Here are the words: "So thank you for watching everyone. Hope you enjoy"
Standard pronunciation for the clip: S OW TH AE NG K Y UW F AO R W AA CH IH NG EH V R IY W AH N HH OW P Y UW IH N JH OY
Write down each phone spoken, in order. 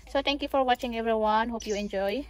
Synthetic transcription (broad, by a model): S OW T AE NG K Y UW F AO R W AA CH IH NG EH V R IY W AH N HH OW P Y UW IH N JH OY